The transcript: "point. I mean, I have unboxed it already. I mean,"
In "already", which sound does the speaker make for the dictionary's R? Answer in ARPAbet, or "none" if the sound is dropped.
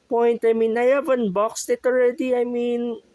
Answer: R